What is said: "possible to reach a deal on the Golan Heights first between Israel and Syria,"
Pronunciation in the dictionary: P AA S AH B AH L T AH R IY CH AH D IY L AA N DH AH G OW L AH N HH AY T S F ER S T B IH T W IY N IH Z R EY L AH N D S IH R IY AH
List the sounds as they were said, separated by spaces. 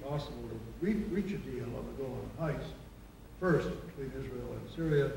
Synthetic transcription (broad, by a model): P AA S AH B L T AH R IY CH AH D IY L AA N DH AH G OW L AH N HH AY S F ER S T B IH T W IY N IH Z R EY L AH N S IH R IY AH